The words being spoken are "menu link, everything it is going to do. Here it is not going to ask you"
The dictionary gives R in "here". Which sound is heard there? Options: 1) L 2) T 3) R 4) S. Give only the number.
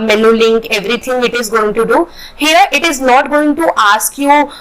3